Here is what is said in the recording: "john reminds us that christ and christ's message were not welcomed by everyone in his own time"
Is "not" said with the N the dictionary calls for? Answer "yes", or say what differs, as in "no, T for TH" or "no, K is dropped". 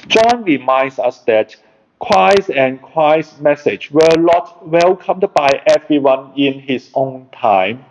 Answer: no, L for N